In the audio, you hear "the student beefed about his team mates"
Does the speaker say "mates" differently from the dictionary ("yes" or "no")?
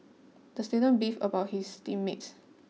no